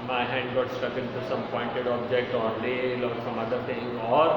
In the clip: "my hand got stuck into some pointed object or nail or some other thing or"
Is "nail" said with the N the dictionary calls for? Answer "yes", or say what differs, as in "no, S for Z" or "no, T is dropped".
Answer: no, L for N